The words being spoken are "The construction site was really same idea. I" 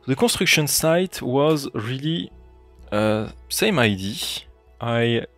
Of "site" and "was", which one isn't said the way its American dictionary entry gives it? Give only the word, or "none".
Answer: none